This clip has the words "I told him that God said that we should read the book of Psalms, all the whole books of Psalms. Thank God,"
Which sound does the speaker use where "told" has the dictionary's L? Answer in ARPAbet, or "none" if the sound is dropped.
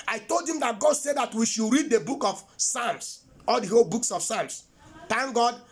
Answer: L